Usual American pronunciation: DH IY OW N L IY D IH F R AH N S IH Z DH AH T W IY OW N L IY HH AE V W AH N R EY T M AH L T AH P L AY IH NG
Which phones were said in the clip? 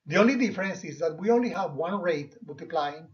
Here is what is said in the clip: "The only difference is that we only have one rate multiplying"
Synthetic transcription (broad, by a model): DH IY OW N L IY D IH F R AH N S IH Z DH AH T W IY OW N L IY HH AE V W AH N R EY T M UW L T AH P L AY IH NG